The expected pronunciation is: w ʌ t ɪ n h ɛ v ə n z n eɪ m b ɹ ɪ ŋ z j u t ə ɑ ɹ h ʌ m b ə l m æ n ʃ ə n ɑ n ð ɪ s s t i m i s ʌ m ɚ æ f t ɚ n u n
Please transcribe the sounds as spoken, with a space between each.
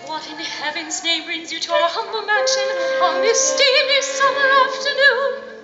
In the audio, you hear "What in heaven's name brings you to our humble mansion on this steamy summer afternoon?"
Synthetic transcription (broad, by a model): w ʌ t ɪ n h ɛ v ə n z n eɪ m b ɹ ɪ ŋ z j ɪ t ə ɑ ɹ h ʌ m b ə l m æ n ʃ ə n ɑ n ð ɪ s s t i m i s ʌ m ɚ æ f t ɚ n u n